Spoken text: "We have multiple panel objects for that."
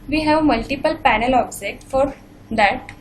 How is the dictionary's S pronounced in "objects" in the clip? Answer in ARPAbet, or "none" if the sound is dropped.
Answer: none